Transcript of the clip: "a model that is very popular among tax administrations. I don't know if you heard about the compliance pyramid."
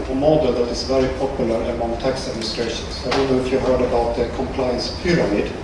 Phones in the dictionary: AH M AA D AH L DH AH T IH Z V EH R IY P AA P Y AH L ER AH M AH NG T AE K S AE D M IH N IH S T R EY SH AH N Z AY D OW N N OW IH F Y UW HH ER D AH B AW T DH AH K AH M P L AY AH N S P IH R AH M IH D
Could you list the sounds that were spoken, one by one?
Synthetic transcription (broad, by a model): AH M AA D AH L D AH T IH S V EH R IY P AA P Y AH L ER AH M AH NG T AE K S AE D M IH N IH S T R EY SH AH N S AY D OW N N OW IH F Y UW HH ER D AH B AW T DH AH K AH M P L AY AH N S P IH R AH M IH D